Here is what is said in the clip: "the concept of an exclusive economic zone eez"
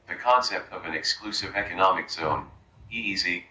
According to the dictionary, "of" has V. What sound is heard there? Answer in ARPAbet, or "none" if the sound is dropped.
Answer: V